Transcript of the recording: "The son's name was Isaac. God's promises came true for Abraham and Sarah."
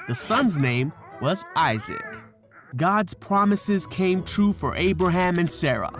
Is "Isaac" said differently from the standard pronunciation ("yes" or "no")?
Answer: no